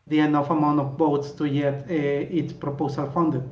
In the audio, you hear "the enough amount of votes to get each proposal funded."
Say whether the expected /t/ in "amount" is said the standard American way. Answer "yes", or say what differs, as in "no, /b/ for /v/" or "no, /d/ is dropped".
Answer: no, /t/ is dropped